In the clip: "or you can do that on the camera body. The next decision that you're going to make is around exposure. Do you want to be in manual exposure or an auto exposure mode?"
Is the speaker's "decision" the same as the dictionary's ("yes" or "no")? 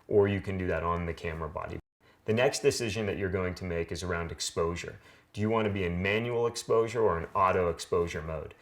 yes